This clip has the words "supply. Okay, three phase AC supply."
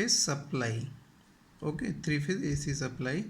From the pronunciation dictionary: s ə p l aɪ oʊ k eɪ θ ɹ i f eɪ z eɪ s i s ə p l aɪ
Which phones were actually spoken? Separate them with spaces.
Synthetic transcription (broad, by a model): s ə p l aɪ oʊ k eɪ t ɹ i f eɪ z eɪ s i s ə p l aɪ